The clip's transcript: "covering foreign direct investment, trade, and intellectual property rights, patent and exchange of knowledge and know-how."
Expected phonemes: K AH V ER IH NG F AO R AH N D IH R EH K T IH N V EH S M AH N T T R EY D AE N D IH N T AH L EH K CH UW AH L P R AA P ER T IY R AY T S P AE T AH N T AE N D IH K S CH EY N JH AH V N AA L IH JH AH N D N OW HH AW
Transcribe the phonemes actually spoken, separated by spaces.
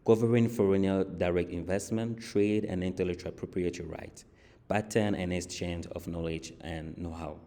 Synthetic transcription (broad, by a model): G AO V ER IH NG F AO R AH N D IH R EH K T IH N V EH S M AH N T T R EY D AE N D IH N T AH L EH CH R P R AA P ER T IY R AY T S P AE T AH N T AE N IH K S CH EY N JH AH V N AA L IH JH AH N N OW HH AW